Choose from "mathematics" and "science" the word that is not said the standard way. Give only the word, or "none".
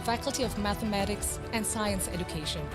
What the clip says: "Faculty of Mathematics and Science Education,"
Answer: none